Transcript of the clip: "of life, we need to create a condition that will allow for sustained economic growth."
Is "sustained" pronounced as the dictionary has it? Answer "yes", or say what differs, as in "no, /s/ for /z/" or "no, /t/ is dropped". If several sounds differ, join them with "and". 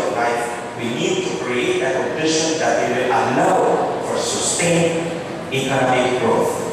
no, /d/ is dropped